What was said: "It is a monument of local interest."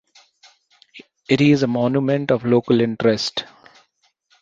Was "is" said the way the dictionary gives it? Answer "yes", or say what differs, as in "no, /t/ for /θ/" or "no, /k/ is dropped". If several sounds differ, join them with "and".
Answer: yes